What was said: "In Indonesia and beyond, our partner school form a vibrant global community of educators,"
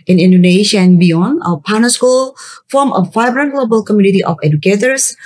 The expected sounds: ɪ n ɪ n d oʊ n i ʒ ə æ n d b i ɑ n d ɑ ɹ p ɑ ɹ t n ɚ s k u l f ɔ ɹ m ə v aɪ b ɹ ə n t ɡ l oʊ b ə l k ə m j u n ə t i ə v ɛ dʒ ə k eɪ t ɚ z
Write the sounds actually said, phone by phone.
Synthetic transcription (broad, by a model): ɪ n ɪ n d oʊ n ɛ ʃ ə n b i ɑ n ɑ p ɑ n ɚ s k u l f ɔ m ə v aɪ b ɹ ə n ɡ l oʊ b ə l k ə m j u n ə t i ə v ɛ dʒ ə k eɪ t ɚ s